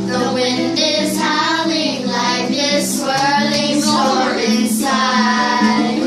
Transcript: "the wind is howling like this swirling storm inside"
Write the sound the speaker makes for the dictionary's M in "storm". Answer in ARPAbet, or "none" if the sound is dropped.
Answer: none